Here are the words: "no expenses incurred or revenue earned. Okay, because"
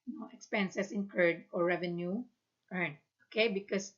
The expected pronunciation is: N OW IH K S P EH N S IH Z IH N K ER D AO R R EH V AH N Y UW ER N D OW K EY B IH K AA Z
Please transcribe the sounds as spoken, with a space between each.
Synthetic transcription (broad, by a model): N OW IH K S P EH N S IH S IH N K ER D AO R R EH V AH N Y UW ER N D OW K EY B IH K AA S